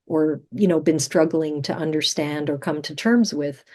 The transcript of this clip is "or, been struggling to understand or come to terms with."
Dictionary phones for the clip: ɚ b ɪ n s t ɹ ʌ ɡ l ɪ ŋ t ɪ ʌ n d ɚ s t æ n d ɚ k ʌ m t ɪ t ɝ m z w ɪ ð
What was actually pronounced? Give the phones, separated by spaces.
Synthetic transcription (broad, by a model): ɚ b ɪ n s t ɹ ʌ ɡ l ɪ ŋ t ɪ ʌ n d ɚ s t æ n d ɚ k ʌ m t ɪ t ɝ m z w ɪ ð